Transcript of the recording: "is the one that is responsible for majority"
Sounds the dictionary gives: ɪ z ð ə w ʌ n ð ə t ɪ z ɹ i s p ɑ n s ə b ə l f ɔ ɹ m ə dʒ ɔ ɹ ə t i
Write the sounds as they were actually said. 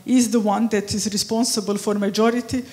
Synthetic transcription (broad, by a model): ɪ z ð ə w ʌ n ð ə t ɪ z ɹ i s p ɑ n s ə b ə l f ɔ ɹ m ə dʒ ɔ ɹ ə t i